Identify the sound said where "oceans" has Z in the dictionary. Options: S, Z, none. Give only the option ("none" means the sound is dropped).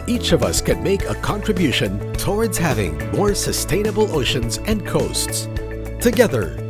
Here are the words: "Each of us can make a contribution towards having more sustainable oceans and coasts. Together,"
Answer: Z